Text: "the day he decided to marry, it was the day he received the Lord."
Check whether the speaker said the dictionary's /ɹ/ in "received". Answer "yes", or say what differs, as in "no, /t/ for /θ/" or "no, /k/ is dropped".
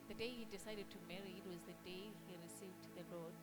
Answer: yes